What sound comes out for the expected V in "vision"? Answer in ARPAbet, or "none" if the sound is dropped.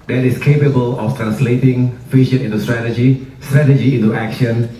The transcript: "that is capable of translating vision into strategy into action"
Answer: F